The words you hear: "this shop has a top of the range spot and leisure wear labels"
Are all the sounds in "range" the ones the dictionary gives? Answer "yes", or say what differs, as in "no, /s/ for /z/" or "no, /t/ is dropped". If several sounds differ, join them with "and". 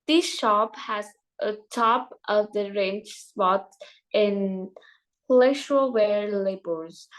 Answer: no, /tʃ/ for /dʒ/